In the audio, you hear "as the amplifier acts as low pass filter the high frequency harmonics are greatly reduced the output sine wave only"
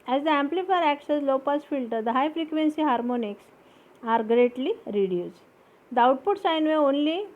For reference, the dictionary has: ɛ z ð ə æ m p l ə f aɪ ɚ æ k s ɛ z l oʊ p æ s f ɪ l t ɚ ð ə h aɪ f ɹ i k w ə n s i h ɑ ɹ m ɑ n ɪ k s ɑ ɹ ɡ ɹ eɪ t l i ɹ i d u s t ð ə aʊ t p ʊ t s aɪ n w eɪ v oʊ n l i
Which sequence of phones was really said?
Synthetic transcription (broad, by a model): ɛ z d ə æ m p l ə f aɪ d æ k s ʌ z l oʊ p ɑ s f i l t ɚ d ə h aɪ f ɹ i k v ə n s i h ɑ ɹ m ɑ n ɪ k s ɑ ɹ ɡ ɹ eɪ t l i ɹ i d u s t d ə aʊ t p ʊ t s aɪ n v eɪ oʊ n l i